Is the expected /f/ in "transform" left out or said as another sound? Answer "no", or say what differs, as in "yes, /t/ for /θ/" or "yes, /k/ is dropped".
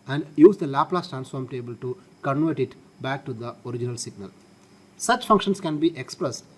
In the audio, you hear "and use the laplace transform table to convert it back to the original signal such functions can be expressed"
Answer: no